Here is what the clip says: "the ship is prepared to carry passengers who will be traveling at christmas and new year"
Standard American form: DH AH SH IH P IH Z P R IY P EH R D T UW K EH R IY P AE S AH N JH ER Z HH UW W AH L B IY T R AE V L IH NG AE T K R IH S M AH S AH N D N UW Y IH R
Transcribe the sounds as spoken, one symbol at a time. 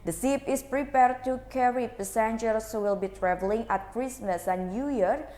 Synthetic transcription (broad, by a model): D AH S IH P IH S P R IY P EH R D T UW K EH R IY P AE S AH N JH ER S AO W AH L B IY T R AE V L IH NG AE T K R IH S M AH S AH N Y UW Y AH R